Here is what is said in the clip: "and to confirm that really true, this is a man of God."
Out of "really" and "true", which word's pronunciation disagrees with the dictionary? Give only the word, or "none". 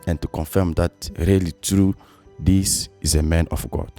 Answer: none